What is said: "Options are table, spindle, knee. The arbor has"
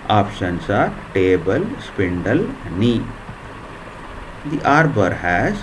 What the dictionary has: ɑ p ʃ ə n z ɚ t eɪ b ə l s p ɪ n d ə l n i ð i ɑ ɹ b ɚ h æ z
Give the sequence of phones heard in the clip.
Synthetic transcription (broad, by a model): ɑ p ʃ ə n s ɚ t eɪ b ə l s p ɪ n d ə l n i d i ɑ ɹ b ɚ h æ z